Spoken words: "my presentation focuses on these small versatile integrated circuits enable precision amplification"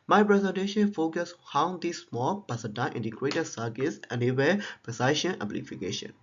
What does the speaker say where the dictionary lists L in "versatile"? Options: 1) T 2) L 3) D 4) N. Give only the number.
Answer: 4